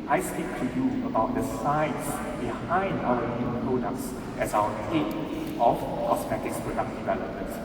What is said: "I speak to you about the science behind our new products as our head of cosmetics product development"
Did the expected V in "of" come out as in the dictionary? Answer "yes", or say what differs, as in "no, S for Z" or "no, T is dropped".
no, F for V